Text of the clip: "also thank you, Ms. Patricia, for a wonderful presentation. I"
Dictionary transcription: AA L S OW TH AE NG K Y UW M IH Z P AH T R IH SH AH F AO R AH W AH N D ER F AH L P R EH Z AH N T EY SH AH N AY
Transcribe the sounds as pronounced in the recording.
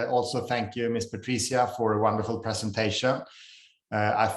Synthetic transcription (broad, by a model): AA L S OW TH AE NG K Y UW M IH S P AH T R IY S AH F AO R AH W AH N D ER F AH L P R EH S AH N T EY SH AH N AY